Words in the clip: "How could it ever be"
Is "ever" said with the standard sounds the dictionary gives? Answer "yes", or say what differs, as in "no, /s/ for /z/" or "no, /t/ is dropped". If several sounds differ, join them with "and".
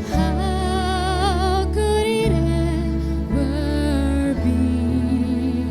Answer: no, /w/ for /v/